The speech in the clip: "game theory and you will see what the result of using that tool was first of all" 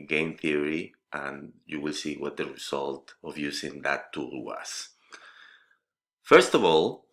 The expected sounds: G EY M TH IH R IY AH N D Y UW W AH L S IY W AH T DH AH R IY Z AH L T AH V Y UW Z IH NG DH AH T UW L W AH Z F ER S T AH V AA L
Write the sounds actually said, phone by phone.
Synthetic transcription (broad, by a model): G EY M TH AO R IY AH N Y UW W AH L S IY W AH T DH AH R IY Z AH L T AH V Y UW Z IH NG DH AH T UW L W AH S F ER S T AH V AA L